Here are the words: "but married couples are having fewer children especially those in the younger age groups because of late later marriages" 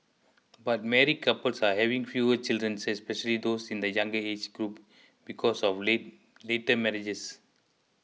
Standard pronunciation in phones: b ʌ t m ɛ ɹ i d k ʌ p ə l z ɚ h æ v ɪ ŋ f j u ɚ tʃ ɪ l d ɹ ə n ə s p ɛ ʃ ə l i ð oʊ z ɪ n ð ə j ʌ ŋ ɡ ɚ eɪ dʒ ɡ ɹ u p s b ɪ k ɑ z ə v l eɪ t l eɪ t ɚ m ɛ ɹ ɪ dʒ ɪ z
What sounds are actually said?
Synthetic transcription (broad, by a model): b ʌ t m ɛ ɹ i k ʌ p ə l s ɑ h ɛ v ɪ ŋ f j u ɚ tʃ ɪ l d ɹ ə n ə s p ɛ ʃ ə l i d oʊ s ɪ n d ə j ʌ ŋ ɡ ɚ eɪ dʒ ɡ ɹ u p b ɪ k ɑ s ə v l eɪ t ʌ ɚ m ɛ ɹ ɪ dʒ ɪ s